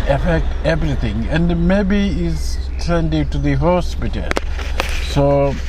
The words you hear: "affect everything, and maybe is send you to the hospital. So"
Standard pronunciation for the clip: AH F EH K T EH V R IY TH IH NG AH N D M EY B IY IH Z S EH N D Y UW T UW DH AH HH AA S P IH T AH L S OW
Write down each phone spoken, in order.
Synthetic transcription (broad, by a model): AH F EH K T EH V R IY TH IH NG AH N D M EY B IY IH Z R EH N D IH T UW DH AH HH AA S P IH T AH L S OW